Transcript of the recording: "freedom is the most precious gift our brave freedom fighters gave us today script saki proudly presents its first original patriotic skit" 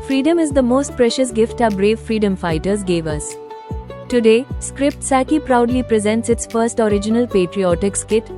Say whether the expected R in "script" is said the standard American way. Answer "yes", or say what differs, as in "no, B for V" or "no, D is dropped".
yes